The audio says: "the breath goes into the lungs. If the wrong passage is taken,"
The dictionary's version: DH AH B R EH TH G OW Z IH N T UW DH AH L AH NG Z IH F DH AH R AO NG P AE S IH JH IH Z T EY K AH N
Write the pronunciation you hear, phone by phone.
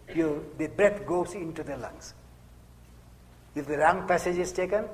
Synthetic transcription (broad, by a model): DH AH B R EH T G OW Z IH N T UW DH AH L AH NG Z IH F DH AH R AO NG P AE S IH JH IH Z T EY K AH N